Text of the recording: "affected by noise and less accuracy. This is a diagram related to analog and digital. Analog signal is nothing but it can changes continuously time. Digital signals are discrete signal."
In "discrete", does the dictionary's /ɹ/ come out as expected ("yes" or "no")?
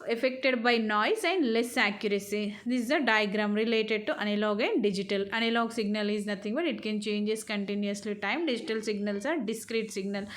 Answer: yes